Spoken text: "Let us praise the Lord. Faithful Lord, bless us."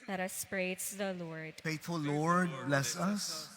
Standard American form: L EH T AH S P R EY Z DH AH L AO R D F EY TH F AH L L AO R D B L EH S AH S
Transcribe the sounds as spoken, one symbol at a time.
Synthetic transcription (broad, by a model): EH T AH S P R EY S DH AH L AO R D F EY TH F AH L L AO R D B L EH S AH S